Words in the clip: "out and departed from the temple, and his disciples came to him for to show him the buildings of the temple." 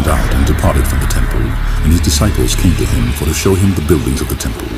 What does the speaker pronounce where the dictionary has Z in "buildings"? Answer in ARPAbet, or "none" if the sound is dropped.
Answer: Z